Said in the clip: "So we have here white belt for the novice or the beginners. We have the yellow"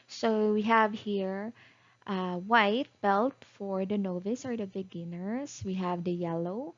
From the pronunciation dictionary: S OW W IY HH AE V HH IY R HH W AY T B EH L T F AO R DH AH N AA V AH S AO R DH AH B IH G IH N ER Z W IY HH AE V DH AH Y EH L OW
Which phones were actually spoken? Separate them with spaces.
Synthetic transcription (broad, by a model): S OW W IY HH AE V HH IY R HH W AY T B EH L T F AO R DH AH N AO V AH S AO R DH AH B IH G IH N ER S W IY HH AE V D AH Y EH L OW